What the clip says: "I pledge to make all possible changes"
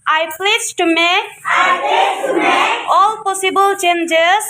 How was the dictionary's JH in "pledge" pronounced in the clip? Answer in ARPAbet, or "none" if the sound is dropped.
Z